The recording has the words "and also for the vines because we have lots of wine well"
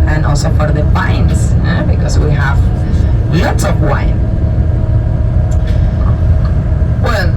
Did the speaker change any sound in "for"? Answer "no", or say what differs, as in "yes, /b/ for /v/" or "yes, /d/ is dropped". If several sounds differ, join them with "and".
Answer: yes, /p/ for /f/